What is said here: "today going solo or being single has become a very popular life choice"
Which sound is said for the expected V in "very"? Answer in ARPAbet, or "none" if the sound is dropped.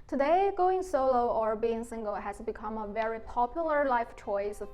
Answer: V